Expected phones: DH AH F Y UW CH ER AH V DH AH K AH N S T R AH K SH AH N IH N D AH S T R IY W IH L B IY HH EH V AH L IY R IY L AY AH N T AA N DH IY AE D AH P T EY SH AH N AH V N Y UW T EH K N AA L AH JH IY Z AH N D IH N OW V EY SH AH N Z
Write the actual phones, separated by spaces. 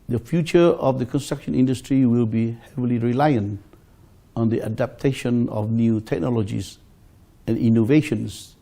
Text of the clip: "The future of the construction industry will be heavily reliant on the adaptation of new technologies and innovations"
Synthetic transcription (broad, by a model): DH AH F Y UW CH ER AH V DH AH K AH N S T R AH K SH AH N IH N D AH S T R IY W IH L B IY HH EH V AH L IY R IY L AY AH N T AA N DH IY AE D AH P T EY SH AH N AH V N Y UW T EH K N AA L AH JH IY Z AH N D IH N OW V EY SH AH N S